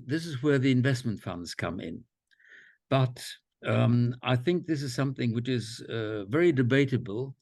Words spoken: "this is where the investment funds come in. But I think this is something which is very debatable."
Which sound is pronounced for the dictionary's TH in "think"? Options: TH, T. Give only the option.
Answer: TH